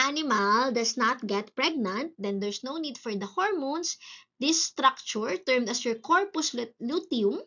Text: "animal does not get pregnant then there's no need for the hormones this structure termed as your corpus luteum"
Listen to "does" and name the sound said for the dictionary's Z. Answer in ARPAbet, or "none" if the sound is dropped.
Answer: S